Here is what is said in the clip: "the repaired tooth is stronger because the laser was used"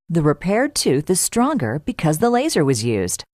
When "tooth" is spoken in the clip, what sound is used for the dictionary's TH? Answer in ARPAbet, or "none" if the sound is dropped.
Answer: TH